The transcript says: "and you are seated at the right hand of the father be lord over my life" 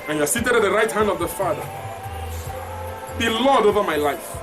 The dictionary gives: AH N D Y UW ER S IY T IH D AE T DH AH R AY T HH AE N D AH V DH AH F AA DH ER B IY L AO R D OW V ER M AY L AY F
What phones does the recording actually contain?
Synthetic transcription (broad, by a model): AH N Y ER S IY T IH D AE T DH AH R AY T HH AE N D AH V DH AH F AA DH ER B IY L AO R D OW V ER M AY L AY F